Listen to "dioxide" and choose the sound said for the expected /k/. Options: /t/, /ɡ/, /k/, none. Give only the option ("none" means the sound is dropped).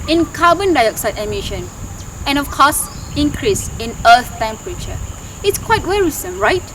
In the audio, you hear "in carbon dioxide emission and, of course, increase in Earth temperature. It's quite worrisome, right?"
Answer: /k/